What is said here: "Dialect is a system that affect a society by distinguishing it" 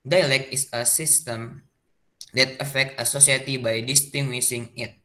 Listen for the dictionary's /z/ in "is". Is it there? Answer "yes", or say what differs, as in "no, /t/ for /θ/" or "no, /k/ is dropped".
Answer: no, /s/ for /z/